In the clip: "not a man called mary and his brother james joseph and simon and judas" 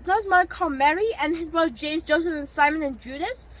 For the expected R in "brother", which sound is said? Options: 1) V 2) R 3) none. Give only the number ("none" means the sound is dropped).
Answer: 3